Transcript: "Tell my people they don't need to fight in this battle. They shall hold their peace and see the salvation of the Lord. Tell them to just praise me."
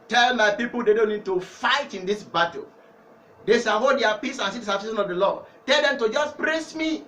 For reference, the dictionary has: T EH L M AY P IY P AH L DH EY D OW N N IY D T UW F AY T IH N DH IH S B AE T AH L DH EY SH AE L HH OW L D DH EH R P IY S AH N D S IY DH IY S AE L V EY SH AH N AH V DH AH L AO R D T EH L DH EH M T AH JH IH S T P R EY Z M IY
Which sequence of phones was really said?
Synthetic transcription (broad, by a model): T EH L M AY P IY P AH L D EY D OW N N IY D T UW F AY T IH N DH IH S B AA T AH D EY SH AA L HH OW D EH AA P IY S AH N S IY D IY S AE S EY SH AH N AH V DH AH L AO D T EH L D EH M T AH JH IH S P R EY S M IY